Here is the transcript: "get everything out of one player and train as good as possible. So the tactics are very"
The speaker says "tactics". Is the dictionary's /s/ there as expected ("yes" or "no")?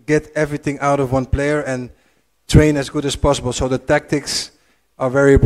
yes